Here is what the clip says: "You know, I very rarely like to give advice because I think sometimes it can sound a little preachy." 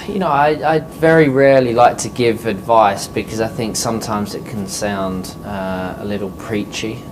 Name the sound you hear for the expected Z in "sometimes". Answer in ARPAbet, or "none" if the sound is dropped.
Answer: Z